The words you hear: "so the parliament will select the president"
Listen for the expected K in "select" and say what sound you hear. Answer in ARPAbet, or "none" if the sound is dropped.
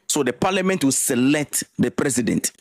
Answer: K